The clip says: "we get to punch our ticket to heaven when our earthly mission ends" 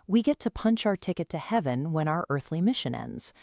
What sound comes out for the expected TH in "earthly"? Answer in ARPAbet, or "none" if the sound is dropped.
TH